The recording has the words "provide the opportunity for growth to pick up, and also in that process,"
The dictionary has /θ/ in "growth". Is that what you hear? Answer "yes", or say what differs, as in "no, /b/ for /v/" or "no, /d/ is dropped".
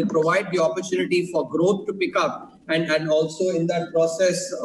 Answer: no, /t/ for /θ/